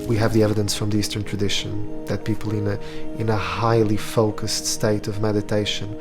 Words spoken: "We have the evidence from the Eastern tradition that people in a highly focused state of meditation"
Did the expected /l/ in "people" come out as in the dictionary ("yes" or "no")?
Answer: no